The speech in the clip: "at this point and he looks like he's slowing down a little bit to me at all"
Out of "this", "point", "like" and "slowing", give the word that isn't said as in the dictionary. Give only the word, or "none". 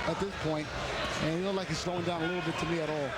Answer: none